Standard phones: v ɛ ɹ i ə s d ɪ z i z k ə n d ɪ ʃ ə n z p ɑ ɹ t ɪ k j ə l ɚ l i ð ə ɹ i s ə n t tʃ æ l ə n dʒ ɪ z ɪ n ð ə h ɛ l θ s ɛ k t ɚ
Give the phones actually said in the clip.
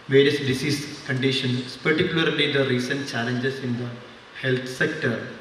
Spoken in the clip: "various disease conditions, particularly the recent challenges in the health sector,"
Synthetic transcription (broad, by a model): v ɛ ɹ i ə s d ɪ s i s k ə n d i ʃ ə n s p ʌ ɹ t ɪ k j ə l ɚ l i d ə ɹ i s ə n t tʃ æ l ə n dʒ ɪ s ɪ n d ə h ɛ l t s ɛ k t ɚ